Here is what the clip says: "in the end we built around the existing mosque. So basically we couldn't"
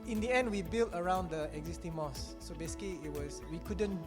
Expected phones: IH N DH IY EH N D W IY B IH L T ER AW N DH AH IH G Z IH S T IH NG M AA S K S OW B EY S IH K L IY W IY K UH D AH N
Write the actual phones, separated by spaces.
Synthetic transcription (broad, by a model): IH N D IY EH N D W IY B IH L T ER AW N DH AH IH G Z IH S T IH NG M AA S S OW B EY S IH K W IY W IY K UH D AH N